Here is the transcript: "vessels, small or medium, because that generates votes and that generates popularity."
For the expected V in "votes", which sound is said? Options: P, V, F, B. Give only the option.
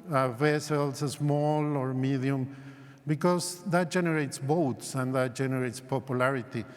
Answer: B